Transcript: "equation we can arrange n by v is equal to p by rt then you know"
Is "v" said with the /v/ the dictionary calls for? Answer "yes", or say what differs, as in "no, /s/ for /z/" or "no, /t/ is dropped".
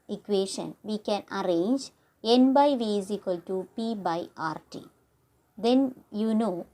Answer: yes